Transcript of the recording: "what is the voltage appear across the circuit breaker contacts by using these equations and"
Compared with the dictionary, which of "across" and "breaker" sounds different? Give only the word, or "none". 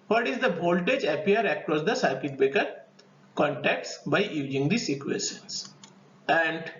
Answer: breaker